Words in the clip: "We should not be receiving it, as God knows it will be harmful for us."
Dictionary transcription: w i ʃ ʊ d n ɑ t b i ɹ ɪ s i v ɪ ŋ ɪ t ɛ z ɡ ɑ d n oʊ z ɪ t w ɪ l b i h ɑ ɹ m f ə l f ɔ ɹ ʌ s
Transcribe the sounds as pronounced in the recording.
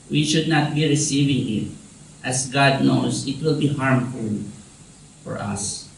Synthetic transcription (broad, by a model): w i ʃ ʊ d n ɑ t b i ɹ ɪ s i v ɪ ŋ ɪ t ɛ s ɡ ɑ d n oʊ s ɪ t w ɪ l b i h ɑ ɹ m f ə l f ɔ ɹ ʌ s